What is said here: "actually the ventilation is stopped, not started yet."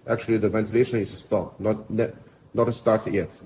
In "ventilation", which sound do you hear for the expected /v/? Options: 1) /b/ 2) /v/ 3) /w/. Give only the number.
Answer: 2